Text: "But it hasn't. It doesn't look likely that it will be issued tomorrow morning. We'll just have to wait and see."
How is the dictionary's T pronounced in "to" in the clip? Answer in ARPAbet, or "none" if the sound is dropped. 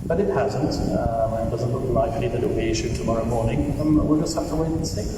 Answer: T